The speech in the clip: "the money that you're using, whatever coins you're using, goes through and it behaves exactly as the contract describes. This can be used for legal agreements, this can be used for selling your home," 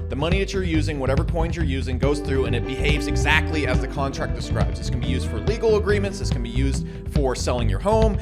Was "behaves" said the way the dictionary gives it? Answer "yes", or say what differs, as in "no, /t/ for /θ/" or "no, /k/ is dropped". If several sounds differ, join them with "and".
yes